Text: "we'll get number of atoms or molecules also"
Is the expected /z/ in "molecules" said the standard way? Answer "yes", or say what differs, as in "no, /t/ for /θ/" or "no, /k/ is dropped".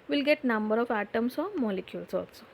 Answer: no, /s/ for /z/